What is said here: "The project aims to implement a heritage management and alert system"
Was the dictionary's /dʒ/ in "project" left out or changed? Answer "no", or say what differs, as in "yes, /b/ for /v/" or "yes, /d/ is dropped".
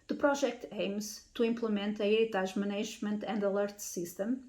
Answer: yes, /ʒ/ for /dʒ/